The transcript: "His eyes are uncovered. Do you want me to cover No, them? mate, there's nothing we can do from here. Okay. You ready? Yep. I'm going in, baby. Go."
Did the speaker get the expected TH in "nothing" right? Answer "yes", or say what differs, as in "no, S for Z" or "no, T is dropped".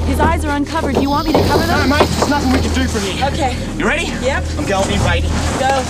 yes